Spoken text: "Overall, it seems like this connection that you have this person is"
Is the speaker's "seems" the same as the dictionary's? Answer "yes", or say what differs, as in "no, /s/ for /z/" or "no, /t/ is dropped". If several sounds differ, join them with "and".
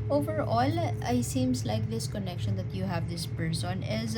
no, /s/ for /z/